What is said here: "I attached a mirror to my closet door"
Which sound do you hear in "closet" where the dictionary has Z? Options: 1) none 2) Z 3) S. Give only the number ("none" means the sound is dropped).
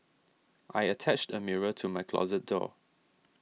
2